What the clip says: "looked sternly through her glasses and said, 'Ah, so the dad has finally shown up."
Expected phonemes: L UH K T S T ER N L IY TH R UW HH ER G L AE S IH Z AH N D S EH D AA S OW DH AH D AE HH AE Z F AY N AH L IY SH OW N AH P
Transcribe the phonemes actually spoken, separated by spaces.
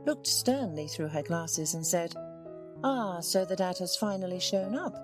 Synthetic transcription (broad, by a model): L UH K T S T ER N L IY TH R UW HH ER G L AE S IH Z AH N S EH D AA S OW DH AH D AE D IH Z F AY N L IY SH OW N AH P